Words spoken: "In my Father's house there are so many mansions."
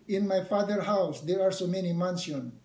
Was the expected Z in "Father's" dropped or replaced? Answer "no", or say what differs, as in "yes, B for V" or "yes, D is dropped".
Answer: yes, Z is dropped